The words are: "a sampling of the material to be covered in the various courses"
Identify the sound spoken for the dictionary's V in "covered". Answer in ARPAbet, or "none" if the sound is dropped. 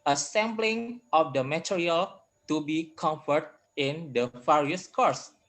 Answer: F